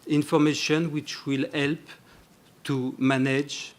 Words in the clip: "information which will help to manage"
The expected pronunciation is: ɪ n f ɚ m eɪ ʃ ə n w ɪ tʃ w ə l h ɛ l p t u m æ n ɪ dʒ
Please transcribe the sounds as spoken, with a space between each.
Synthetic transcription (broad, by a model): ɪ n f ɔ m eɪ ʃ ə n w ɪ tʃ w ə l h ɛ l p t u m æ n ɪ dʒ